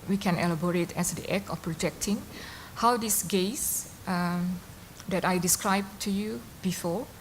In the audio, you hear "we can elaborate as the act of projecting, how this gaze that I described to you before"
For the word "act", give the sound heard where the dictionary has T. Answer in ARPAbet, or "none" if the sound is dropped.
none